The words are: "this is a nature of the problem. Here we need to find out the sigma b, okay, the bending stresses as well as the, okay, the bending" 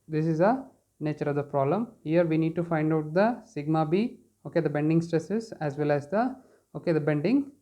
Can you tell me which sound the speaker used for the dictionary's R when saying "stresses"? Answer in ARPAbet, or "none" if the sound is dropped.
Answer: R